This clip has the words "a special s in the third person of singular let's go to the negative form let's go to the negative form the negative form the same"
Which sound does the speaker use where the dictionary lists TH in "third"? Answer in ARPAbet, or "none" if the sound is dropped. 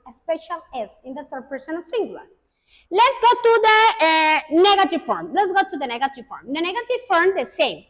T